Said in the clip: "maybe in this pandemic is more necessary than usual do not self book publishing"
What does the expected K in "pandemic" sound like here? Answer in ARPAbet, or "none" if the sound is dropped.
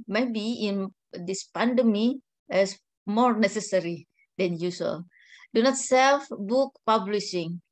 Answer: none